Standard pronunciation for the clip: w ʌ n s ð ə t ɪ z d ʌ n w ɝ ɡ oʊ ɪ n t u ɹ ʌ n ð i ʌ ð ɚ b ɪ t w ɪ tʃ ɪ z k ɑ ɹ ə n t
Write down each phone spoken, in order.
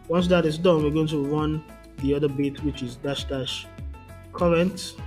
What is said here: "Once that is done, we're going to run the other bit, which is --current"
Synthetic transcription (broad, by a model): w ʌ n s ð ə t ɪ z d ʌ n w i ɡ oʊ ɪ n t u ɹ ʌ n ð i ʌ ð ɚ b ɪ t w ɪ tʃ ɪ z k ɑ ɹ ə n t